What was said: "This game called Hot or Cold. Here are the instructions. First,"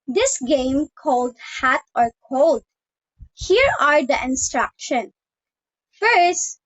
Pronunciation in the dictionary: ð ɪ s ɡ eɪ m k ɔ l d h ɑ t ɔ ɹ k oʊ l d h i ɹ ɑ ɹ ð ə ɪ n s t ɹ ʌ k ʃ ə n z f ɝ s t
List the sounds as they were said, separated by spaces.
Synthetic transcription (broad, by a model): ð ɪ s ɡ eɪ m k ɔ l d h ɑ t ɔ ɹ k oʊ l d h i ɹ ɑ ɹ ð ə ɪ n s t ɹ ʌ k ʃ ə n f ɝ s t